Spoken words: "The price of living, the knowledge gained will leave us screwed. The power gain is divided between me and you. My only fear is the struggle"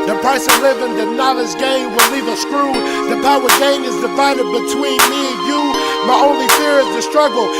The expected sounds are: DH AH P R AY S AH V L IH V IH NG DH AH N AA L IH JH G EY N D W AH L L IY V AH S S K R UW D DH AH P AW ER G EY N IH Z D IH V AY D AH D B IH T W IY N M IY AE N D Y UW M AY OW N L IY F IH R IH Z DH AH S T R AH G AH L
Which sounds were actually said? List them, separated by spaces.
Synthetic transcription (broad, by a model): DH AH P R AY S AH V L IH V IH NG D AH N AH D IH Z G EY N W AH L L IY V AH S S K R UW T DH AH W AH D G EY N IH Z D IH F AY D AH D B IH T W IY N M IY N Y UW M AY OW N L IY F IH R IH Z DH AH S T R AH G L